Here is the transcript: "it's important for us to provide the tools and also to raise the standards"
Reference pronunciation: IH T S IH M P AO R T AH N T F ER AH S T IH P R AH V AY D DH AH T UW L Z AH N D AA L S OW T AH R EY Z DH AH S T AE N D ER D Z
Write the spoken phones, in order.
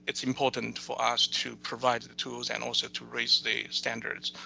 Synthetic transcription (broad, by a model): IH T S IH M P AO R T N T F ER AH S T IH P R AH V AY D DH AH T UW L Z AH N AA L S OW T AH R EY Z DH AH S T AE N D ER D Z